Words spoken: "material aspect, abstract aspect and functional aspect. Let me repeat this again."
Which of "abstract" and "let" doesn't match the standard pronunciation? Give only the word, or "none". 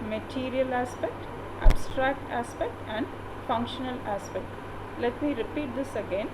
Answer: none